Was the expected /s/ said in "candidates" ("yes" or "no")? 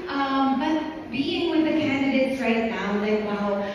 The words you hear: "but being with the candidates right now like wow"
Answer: yes